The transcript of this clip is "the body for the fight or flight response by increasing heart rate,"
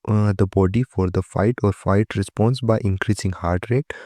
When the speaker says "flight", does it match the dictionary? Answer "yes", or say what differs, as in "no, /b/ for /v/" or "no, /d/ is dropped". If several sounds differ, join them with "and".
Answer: no, /l/ is dropped